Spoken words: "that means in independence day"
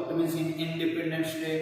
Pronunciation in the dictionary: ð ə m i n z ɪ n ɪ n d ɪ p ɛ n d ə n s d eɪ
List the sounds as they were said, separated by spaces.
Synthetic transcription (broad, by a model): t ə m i z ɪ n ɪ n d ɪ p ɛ n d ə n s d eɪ